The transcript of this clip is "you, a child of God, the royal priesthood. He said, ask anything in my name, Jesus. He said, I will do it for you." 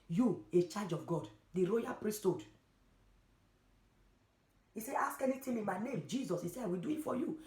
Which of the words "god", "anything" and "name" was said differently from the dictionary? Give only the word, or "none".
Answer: anything